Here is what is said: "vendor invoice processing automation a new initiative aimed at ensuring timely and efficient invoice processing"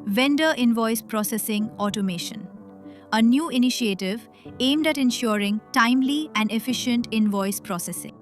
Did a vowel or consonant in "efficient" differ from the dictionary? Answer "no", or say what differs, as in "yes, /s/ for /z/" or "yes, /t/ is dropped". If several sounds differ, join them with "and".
no